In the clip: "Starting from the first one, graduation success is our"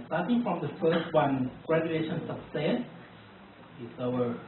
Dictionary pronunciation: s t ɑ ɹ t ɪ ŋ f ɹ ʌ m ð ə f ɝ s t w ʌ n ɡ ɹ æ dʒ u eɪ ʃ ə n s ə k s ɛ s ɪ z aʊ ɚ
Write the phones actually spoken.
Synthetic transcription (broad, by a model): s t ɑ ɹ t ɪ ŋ f ɹ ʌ m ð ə f ɝ s t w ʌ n ɡ ɹ æ dʒ u eɪ ʃ ə n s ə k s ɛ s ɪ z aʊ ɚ